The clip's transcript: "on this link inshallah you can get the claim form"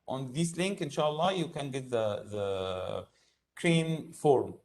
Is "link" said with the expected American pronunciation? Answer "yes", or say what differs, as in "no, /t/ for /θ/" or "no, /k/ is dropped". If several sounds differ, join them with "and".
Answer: yes